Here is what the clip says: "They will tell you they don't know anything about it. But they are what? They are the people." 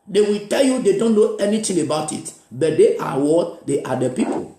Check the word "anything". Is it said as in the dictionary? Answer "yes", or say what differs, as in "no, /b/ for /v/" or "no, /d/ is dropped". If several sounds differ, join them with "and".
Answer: no, /t/ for /θ/